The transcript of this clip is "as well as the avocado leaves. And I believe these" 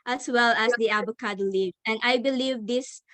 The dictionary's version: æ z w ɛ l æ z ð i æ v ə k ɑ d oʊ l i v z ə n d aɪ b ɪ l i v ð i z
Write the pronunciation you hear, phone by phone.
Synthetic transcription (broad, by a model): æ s w ɛ l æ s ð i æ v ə k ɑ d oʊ l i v ə n aɪ b ɪ l i v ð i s